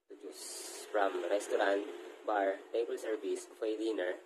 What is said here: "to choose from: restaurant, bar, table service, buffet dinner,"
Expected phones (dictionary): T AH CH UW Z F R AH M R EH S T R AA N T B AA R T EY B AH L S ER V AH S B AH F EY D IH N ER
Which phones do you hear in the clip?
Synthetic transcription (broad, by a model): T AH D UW S F R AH M R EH S T R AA N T B AA R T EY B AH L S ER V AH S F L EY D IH N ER